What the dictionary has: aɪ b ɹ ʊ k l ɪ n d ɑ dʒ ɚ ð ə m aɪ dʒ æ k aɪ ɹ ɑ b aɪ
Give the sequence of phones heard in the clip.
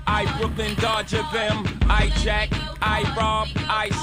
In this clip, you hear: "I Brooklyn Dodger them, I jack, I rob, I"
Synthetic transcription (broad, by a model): aɪ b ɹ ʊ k l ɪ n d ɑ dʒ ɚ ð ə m aɪ tʃ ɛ k aɪ ɹ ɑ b aɪ